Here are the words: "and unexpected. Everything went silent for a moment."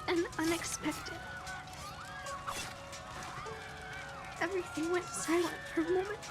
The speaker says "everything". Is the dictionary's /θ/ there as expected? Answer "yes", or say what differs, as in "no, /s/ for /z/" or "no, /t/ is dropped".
yes